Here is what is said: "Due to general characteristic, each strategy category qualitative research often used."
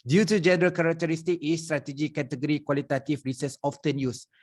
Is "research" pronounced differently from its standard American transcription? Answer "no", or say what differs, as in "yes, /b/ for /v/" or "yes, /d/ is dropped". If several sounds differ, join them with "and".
yes, /s/ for /tʃ/